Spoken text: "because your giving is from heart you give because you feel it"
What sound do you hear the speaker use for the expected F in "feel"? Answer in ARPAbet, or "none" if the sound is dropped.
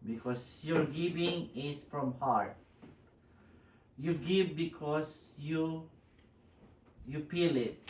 P